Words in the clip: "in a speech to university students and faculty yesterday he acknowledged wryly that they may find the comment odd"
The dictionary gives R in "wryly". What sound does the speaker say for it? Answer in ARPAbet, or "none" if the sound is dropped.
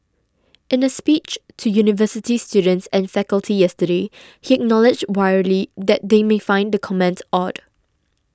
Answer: W